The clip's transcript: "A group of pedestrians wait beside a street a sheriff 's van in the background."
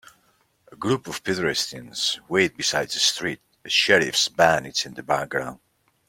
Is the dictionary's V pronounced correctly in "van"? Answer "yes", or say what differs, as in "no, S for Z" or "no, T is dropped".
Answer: no, B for V